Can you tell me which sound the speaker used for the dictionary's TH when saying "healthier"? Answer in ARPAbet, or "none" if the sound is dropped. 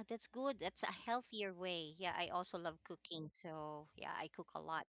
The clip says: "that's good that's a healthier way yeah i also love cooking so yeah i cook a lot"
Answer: TH